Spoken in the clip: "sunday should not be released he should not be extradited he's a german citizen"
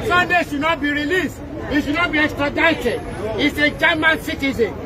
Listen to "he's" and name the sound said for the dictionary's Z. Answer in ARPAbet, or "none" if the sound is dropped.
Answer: S